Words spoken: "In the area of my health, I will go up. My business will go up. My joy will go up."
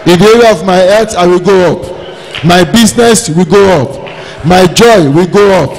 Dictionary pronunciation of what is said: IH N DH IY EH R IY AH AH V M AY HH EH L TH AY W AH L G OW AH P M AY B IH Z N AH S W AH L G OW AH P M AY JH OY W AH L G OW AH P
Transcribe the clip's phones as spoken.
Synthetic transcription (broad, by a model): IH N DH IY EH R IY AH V M AY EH TH AY W AH L G OW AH P M AY B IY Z N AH S W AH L G OW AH P M AY JH OY W AH L G OW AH P